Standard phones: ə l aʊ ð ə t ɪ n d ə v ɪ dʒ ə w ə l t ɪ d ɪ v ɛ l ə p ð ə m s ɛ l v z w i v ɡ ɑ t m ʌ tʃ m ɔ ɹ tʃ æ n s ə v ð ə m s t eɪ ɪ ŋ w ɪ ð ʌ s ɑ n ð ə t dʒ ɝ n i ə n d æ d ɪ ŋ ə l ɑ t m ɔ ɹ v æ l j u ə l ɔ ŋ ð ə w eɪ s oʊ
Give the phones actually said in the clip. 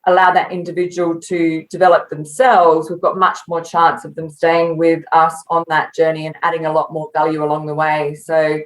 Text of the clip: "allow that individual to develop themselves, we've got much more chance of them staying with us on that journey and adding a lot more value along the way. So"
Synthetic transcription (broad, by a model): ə l aʊ ð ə t ɪ n d ə v ɪ dʒ ə w ə l t ɪ d ɪ v ɛ l ə p ð ə m s ɛ l v z w i v ɡ ɑ t m ʌ tʃ m ɔ ɹ tʃ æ n s ə v ð ə m s t eɪ ɪ ŋ w ɪ ð ʌ s n ð ə t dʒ ɝ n i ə n æ d ɪ ŋ ə l ɑ t m ɔ ɹ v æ l j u ə l ɔ ŋ ð ə w eɪ s oʊ